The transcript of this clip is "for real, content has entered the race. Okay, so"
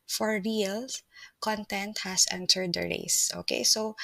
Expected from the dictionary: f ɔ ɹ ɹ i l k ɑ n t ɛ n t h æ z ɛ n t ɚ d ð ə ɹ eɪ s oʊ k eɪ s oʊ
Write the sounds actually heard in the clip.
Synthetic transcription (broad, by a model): f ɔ ɹ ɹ i l k ɑ n t ɛ n t h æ s ɛ n t ɚ d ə ɹ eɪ s oʊ k eɪ s oʊ